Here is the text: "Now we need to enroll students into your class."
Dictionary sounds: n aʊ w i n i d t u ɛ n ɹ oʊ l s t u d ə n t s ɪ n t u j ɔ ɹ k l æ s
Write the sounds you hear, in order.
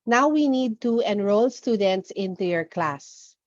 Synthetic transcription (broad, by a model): n aʊ w i n i d t u ɛ n ɹ oʊ l s t u d ə n t s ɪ n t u j ɔ ɹ k l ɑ s